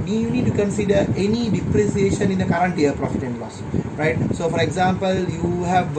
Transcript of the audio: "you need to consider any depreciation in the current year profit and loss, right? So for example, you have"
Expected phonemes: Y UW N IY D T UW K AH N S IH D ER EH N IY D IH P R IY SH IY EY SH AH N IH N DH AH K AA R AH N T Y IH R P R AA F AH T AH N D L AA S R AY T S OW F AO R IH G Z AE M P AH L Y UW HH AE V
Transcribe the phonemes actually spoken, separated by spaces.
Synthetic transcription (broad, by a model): Y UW N IY D T UW K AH N S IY D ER EH N IY D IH P R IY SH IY EY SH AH N IH N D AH K AA R AH N T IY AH P R AA F AH T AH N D L AA S R AY T S OW F AO R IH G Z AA M P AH L Y UW HH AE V